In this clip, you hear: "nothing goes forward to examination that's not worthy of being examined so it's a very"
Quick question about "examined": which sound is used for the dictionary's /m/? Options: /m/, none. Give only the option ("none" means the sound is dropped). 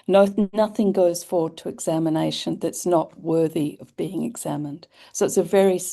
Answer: /m/